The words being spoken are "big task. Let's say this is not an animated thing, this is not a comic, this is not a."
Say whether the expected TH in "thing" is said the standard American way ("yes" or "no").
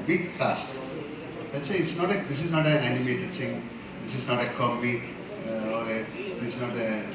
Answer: no